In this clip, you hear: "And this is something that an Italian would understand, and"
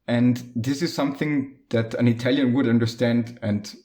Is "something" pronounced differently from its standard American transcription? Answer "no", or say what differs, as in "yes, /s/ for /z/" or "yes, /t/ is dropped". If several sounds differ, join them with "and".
no